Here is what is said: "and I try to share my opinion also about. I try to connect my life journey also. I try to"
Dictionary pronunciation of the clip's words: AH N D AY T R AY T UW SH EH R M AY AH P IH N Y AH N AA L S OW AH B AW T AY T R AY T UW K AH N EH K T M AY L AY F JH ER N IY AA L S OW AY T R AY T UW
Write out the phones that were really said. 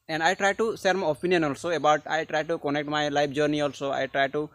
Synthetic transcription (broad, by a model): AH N D AY T R AY T UW S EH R M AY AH P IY N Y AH N AA L S OW AH B AW T AY T R AY T UW K AH N EH K T M AY L AY P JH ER N IY AA L S OW AY T R AY T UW